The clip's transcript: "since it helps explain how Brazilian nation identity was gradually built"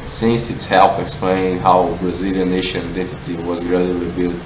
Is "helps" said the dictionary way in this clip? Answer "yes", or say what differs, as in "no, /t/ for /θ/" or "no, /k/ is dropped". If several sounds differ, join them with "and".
no, /s/ is dropped